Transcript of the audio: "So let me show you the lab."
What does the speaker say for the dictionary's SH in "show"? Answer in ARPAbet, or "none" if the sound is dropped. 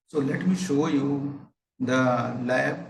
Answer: SH